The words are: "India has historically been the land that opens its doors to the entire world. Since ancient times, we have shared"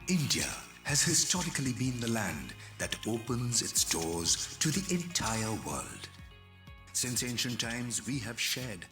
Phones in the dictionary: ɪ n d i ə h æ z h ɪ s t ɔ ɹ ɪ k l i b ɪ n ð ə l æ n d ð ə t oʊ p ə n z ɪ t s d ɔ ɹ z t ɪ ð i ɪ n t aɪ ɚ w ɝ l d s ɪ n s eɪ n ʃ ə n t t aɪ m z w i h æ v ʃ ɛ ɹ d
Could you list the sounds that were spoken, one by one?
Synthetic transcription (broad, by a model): ɪ n d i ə h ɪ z h ɪ s t ɔ ɹ ɪ k l i b ɪ n ð ə l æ n ð ə t oʊ p ə n z ɪ t s d ɔ ɹ z t ɪ ð i ɪ n t aɪ ɚ w ɝ l d s ɪ n s eɪ n ʃ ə n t t aɪ m z w i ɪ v ʃ ɛ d